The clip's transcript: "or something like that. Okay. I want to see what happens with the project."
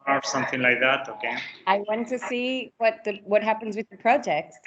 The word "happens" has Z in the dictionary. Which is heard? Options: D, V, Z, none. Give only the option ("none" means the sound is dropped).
Z